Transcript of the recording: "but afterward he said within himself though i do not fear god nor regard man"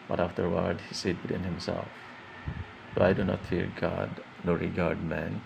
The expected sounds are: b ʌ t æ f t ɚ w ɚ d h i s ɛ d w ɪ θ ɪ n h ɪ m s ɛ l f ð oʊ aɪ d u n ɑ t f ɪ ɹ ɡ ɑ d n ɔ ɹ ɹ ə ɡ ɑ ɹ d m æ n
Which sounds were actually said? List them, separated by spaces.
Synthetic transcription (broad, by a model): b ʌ t æ f t ɚ w ɚ d h i s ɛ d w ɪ t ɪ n h ɪ m s ɛ l f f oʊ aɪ d u n ɑ t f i ɹ ɡ ɑ d n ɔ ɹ ɹ ə ɡ ɑ ɹ d m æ n